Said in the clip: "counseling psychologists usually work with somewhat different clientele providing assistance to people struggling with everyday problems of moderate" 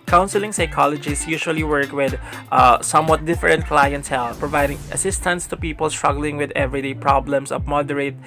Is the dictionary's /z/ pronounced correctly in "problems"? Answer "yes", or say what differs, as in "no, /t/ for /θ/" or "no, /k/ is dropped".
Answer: no, /s/ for /z/